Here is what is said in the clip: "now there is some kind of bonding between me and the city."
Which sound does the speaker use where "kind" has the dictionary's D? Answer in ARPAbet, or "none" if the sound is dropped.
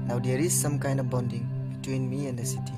none